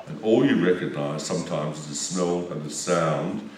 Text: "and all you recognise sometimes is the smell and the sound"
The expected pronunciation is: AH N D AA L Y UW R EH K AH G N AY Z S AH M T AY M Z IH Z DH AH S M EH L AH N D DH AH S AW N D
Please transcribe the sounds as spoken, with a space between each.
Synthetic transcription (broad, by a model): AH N AA L Y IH R EH K AH G N AY Z S AH M T AY M Z IH Z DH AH S M EH L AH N DH AH S AW N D